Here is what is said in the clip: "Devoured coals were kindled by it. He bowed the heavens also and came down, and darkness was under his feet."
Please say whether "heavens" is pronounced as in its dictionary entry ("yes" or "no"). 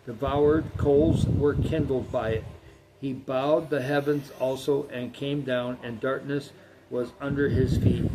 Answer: yes